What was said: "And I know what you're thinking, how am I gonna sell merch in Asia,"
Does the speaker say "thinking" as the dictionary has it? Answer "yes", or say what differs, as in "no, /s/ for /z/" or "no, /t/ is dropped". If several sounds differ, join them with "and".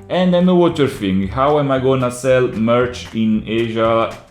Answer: no, /f/ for /θ/